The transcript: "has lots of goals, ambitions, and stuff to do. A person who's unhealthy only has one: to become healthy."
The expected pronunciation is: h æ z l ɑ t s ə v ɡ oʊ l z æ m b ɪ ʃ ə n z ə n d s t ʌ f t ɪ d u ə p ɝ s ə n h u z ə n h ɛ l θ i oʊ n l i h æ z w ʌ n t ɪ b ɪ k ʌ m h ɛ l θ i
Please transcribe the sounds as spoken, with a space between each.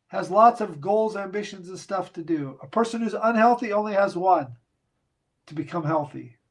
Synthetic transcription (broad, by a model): h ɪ z l ɑ t s ə v ɡ oʊ l z æ m b ɪ ʃ ə n z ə n s t ʌ f t ɪ d u ə p ɝ s ə n h u z ə n h ɛ l θ i oʊ n l i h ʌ z w ʌ n t ɪ b ɪ k ʌ m h ɛ l θ i